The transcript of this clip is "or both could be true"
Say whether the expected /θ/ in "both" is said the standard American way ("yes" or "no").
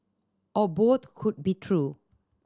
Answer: no